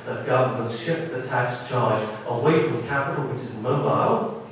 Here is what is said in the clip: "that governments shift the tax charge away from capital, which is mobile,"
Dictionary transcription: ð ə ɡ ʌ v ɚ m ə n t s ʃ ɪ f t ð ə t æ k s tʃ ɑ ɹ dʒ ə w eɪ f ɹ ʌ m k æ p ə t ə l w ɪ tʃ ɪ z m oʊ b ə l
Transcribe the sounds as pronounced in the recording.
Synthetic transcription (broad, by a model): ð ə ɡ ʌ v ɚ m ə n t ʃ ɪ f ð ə t æ k s tʃ ɑ ɹ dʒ ə w eɪ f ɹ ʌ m k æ p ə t l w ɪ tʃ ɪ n m oʊ b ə l